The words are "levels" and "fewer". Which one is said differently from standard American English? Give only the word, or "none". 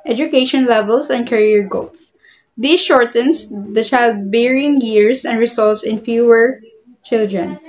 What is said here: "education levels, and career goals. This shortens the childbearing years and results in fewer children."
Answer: levels